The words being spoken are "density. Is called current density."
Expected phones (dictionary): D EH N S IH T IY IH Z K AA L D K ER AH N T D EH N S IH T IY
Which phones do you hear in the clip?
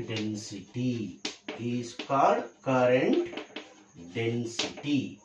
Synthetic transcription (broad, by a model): D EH N S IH T IY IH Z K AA D K ER AH N T D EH N S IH T IY